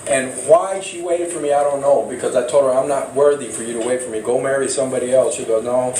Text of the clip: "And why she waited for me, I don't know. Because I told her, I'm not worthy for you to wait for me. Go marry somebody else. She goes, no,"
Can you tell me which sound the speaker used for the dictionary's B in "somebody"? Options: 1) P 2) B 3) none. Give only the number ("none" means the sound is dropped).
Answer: 2